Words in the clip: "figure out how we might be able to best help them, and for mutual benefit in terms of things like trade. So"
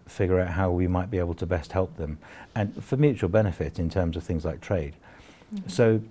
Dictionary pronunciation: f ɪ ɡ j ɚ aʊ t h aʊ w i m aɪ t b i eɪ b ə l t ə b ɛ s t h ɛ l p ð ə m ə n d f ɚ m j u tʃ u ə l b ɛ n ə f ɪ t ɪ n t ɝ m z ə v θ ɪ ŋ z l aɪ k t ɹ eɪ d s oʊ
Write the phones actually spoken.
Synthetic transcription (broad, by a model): f ɪ ɡ j ɚ aʊ t h aʊ w i m aɪ t b i eɪ b ə l t ə b ɛ s t h ɛ l p ð ə m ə n f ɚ m j u tʃ u ə l b ɛ n ə f ɪ t ɪ n t ɝ m z ə v θ ɪ ŋ z l aɪ k t ɹ eɪ d s oʊ